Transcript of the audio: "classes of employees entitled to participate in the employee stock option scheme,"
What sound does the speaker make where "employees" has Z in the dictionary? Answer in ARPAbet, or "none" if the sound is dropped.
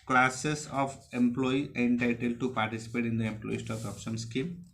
none